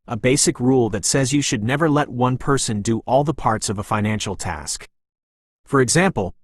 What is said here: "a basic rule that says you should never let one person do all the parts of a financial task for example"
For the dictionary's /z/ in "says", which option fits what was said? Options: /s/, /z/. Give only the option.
/z/